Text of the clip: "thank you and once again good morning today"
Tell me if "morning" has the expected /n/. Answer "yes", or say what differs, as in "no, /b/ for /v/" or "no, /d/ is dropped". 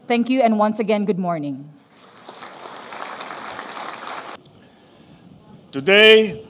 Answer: yes